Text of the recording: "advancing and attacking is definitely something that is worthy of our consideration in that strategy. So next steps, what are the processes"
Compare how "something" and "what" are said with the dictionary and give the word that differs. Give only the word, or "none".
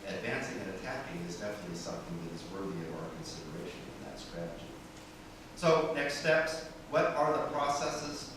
none